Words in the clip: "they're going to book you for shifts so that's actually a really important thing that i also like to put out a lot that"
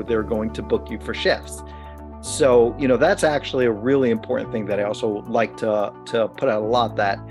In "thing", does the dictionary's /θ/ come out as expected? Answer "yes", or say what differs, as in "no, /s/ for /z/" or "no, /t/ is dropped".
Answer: yes